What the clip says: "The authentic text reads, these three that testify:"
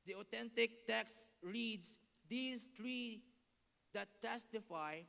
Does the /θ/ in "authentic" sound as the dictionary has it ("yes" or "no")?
no